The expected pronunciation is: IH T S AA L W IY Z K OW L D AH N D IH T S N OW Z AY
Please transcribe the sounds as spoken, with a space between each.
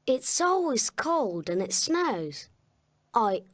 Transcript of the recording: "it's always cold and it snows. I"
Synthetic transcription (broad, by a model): IH T S AA L W IY Z K OW L D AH N IH T S N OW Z AY